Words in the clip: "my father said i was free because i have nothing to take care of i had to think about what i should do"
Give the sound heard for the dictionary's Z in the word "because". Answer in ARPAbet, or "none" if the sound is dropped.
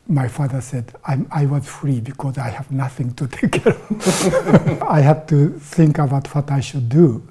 Z